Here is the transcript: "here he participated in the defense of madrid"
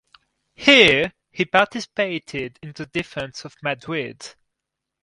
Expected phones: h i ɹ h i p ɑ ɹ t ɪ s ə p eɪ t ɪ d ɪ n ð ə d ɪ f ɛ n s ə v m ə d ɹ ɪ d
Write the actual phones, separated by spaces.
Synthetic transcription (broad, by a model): h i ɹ h i p ɑ ɹ t ɪ s ə p eɪ t ɪ d ɪ n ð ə d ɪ f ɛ n s ə v m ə d w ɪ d